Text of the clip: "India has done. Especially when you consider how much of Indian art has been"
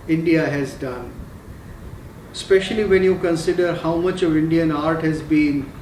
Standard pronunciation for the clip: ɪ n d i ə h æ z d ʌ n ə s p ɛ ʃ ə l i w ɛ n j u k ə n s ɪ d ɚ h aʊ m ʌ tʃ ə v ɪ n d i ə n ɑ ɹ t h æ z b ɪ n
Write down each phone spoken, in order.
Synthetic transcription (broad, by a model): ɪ n d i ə h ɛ z d ʌ n s p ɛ ʃ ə l i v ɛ n j u k ə n s ɪ d ɚ h aʊ m ʌ tʃ ə v ɪ n d i ə n ɑ ɹ t h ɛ z b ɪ n